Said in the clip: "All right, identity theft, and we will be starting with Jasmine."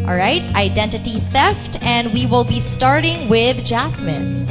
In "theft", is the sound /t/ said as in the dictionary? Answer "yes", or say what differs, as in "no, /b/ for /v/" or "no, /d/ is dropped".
yes